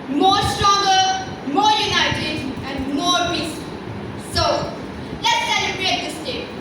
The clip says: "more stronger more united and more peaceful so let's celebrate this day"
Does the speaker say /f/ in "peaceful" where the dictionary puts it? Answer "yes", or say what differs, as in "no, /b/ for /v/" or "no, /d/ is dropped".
no, /f/ is dropped